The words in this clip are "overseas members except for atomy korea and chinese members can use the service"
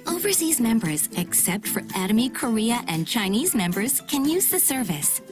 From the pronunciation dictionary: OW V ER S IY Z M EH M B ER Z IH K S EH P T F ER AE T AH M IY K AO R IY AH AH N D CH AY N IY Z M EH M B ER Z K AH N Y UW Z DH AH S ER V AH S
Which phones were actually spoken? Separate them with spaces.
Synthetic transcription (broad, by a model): OW V ER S IY Z M EH M B ER Z IH K S EH P T F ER AE T AH M IY K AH R IY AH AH N CH AY N IY Z M EH M B ER Z K AH N Y UW Z DH AH S ER V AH S